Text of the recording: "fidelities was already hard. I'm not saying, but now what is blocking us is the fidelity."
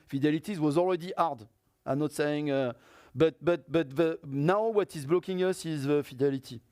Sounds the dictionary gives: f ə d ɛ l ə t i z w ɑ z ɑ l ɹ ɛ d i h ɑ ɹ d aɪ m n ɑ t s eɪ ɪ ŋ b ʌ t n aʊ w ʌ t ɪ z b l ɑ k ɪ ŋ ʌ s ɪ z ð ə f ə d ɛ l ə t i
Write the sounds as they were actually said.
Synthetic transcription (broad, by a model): f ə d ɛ l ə t i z w ɑ z ɑ l ɹ ɛ d i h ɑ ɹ d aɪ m n ɑ t s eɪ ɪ ŋ b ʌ t n aʊ w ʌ t ɪ z b l ɑ k ɪ ŋ ʌ s ɪ z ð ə f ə d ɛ l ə t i